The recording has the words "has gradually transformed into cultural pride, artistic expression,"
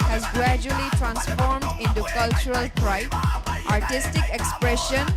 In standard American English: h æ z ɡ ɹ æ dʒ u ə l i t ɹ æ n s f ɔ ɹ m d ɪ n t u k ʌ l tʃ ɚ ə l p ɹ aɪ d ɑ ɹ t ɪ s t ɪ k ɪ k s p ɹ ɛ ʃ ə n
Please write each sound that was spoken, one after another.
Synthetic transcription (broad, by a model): h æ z ɡ ɹ æ dʒ u ə l i t ɹ æ n s f ɔ ɹ m d ɪ n t u k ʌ l tʃ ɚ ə l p ɹ aɪ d ɑ ɹ t ɪ s t ɪ k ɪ k s p ɹ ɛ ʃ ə n